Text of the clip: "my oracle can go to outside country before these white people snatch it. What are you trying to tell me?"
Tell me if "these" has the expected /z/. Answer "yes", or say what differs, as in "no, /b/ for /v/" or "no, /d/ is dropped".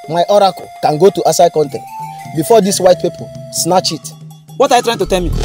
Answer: no, /s/ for /z/